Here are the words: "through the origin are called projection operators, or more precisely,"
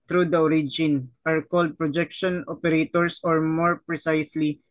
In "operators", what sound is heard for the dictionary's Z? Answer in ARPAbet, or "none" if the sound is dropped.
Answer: S